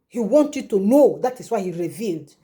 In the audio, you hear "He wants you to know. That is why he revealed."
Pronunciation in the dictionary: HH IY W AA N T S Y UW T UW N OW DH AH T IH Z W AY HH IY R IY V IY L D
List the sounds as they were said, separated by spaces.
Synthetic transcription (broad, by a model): HH IY W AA N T Y UW T UW N OW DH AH T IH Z W AY HH IY R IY V IY L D